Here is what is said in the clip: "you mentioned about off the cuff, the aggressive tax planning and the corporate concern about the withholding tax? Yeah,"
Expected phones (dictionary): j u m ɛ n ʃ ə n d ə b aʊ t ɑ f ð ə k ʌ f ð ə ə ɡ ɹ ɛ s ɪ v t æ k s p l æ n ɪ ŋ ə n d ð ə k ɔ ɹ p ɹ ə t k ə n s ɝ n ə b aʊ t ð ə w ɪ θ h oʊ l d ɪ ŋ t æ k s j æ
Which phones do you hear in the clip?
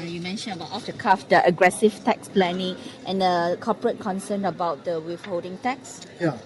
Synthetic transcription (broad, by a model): j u m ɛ n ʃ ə n ə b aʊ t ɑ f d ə k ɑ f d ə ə ɡ ɹ ɛ s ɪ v t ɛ k s p l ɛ n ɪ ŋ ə n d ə k ɔ p ɹ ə t k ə n s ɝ n ə b aʊ t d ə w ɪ f h oʊ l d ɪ ŋ t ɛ k s j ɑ